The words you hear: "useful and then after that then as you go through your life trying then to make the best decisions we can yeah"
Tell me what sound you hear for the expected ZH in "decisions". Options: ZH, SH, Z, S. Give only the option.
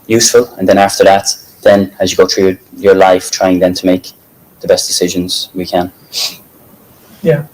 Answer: ZH